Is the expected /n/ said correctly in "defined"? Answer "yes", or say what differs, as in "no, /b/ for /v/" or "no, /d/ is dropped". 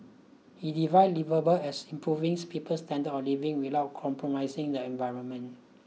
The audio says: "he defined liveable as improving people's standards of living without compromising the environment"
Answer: no, /n/ is dropped